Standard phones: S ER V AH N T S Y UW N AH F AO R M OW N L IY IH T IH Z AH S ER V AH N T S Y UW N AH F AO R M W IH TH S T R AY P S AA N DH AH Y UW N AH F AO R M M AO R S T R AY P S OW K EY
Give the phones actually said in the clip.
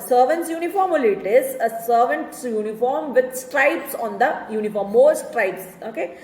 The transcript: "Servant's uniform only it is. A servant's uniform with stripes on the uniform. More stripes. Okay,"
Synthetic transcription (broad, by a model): S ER V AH N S Y UW N AH F AO R M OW L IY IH T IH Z AH S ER V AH N T S Y UW N AH F AO R M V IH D S T R AY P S AA N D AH Y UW N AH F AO R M M AO R S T R AY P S OW K EY